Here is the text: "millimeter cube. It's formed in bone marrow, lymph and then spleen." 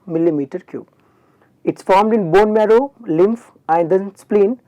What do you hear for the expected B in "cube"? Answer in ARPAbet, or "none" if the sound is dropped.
none